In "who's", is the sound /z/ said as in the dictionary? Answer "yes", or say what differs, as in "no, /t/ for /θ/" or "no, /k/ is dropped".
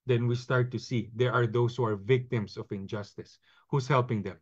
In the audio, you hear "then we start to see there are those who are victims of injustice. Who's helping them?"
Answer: no, /s/ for /z/